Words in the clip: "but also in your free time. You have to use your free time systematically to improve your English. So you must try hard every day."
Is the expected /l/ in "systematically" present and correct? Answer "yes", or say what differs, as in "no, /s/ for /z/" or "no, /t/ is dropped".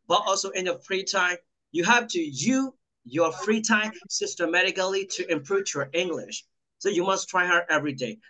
yes